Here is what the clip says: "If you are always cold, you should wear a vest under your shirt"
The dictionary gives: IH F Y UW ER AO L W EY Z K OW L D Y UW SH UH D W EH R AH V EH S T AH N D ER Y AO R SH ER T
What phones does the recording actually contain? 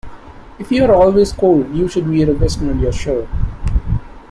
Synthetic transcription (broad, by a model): IH F Y UW ER AO L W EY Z K OW L D Y UW SH UH D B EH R AH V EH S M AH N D Y AO R SH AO